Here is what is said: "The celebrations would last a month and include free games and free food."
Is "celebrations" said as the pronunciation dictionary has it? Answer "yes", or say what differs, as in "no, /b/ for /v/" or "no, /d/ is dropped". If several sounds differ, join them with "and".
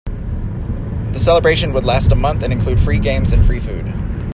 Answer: no, /z/ is dropped